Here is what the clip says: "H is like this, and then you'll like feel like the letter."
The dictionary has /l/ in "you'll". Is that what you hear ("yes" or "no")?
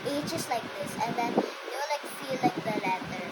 no